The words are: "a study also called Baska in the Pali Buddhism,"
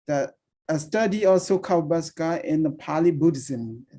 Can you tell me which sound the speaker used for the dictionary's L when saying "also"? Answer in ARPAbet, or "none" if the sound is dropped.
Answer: none